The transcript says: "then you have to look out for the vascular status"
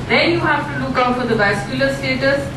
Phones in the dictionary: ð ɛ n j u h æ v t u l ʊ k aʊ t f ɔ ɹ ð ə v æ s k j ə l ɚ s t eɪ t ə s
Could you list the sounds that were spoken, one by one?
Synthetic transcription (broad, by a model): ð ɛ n j u h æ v t u l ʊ k aʊ t f ɔ ɹ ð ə b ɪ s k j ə l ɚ s t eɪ t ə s